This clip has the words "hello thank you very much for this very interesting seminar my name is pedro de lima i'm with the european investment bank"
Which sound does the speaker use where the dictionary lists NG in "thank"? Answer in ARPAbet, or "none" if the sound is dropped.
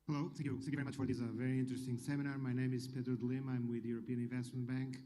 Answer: none